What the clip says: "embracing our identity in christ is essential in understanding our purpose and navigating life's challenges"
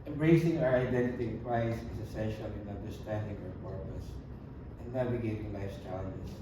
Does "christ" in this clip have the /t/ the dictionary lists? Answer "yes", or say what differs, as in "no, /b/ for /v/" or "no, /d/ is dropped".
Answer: no, /t/ is dropped